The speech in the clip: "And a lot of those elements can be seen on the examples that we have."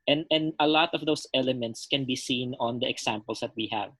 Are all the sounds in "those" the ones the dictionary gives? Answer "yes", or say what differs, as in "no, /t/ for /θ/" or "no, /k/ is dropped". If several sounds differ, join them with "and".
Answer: no, /s/ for /z/